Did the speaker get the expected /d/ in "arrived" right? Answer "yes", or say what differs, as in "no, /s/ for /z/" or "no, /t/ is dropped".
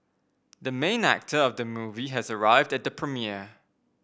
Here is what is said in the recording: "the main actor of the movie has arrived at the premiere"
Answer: yes